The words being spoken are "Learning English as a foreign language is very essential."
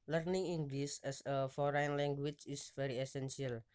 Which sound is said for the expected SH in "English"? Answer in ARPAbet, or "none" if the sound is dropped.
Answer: S